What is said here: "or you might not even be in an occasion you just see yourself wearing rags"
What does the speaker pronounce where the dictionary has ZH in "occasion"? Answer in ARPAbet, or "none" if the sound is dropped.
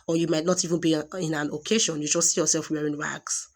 SH